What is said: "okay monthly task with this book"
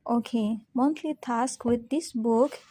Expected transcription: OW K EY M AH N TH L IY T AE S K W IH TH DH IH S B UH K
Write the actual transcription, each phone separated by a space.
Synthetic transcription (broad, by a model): OW K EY M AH N T L IY T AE S K W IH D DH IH S B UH K